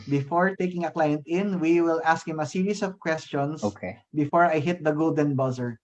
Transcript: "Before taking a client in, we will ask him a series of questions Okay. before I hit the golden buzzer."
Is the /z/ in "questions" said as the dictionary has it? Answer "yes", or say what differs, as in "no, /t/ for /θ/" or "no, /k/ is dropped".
no, /s/ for /z/